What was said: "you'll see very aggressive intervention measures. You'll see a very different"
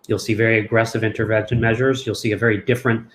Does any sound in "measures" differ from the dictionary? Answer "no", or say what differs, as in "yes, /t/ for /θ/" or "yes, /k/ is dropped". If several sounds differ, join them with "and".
no